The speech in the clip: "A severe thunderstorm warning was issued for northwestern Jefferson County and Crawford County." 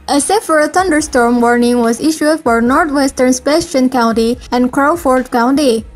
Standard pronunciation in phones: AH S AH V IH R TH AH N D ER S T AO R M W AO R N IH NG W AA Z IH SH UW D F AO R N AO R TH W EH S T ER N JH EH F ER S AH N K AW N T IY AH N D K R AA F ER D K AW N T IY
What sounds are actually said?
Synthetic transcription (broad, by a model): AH S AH F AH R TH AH N D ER S T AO R M W AO R N IH NG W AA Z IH SH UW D F AO R N AO R T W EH S T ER N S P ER SH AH N K AW N T IY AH N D K R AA F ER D K AW N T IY